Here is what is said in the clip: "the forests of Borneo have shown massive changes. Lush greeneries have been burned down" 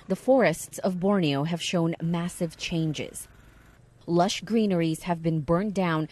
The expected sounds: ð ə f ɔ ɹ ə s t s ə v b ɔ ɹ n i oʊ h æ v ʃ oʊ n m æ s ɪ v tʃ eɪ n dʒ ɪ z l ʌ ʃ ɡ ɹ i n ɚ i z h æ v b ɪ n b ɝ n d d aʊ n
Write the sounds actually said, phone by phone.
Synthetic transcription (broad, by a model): ð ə f ɔ ɹ ə s t s ə v b ɔ ɹ n i oʊ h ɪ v ʃ oʊ n m æ s ɪ v tʃ eɪ n dʒ ɪ z l ʌ ʃ ɡ ɹ i n ɚ i z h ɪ v b ɪ n b ɝ n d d aʊ n